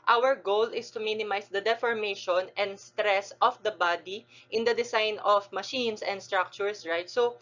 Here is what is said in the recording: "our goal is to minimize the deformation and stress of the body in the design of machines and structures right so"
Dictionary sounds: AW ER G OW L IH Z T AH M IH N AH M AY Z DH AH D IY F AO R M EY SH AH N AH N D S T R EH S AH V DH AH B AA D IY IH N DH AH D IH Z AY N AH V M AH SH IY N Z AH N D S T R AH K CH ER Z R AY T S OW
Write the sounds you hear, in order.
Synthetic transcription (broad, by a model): AW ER G OW L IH S T AH M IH N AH M AY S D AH D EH F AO R M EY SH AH N AH N D S T R EH S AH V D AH B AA D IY IH N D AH D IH S AY N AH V M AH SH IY N S AH N D S T R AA K CH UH S R AY T S OW